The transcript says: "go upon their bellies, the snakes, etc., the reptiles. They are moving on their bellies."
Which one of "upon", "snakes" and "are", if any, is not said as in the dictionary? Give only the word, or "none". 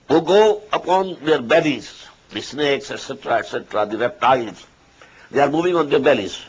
none